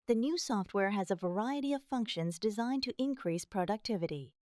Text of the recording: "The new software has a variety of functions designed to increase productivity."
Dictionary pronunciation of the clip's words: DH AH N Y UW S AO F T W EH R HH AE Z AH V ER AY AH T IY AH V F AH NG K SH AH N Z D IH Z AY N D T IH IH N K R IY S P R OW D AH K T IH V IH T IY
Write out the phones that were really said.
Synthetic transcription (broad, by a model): DH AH N Y UW S AO F T W EH R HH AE Z AH V ER AY AH T IY AH V F AH NG K SH AH N Z D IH Z AY N T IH IH N K R IY S P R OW D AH K T IH V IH T IY